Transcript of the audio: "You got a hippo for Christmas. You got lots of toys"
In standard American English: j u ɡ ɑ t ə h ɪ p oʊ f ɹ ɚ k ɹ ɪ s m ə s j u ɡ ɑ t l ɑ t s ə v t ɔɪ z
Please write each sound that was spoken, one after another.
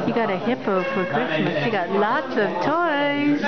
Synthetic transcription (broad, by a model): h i ɡ ɑ t ə h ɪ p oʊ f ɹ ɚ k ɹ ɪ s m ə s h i ɡ ɑ t l ɑ t s ə v t ɔɪ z